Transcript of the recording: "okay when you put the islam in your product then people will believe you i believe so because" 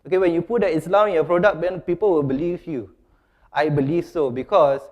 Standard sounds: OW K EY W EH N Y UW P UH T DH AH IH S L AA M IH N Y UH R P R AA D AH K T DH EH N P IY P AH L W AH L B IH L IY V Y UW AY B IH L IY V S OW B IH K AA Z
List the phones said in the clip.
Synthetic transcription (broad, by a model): OW K EY W EH N Y UW P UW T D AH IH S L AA IH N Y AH P R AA D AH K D EH N P IY P AH L W AH L B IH L IY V Y UW AY B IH L IY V S OW B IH K AA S